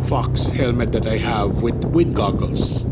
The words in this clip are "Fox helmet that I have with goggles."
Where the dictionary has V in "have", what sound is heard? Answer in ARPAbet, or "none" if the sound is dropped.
V